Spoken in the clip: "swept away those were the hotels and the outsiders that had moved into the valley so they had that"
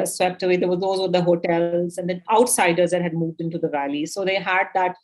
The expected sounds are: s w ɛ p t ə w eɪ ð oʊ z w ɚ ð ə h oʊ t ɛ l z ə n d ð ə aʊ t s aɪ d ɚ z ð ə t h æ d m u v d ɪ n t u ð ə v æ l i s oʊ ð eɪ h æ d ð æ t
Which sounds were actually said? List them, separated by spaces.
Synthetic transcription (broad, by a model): s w ɛ p t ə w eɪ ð oʊ z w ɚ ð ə h oʊ t ɛ l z ə n d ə aʊ t s aɪ d ɚ z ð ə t h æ d m u v d ɪ n t u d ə v æ l i s oʊ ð eɪ h æ d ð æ t